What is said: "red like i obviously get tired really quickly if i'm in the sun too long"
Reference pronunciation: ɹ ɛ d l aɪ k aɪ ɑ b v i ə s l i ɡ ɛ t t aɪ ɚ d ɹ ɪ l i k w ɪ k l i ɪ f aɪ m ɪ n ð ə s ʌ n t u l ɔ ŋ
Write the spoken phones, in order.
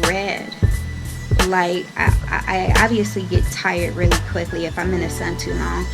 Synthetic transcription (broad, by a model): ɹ ɛ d l aɪ k aɪ ɑ b v i ə s l i ɡ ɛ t t aɪ ɚ d ɹ ɪ l i k w ɪ k l i ɪ f aɪ m ɪ n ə s ʌ n t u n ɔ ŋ